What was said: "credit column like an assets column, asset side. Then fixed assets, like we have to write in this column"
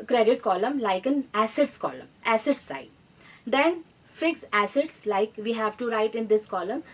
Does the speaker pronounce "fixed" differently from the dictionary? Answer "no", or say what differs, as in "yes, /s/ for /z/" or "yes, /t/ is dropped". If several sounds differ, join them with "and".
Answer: yes, /t/ is dropped